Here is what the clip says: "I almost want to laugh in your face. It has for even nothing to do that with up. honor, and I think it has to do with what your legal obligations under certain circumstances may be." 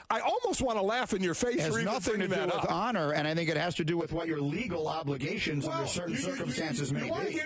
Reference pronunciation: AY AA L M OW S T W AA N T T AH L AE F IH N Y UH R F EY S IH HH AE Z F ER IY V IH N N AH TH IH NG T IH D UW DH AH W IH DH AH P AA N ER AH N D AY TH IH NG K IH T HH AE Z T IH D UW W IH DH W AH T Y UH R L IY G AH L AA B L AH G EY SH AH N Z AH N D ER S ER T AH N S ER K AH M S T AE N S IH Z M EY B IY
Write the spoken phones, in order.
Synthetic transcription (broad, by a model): AY AA L M OW S T W AA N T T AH L AE F IH N Y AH R F EY S IH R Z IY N N AH TH IH NG T IH DH AH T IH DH AA N ER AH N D AY TH IH NG K IH T HH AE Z T IH D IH W IH DH W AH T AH R L IY G L AA B L AH G EY SH AH N Z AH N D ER S ER T N S ER K AH M S T AE N S IH Z M EY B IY